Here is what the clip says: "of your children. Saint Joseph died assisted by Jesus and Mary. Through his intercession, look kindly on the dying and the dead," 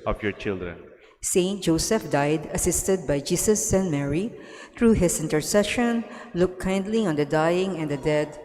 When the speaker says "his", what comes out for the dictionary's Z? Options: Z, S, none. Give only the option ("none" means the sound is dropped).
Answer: S